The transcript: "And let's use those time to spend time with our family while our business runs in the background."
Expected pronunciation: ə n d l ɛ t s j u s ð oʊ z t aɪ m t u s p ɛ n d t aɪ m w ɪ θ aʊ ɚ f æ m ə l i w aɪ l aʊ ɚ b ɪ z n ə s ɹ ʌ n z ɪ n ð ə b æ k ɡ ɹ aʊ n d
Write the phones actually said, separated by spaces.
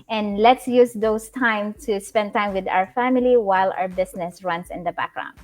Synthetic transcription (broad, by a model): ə n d l ɛ t s j u s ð oʊ s t aɪ m t u s p ɛ n d t aɪ m w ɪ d aʊ ɚ f æ m ə l i w aɪ l aʊ ɚ b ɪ s n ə s ɹ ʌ n s ɪ n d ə b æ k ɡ ɹ aʊ n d